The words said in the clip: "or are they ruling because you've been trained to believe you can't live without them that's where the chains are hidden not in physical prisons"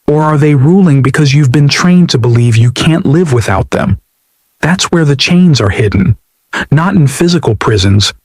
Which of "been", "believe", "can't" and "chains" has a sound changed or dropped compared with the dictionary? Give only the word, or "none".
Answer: none